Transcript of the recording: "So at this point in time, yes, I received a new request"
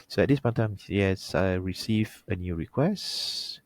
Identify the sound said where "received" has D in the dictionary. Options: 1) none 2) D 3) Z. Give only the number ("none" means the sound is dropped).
1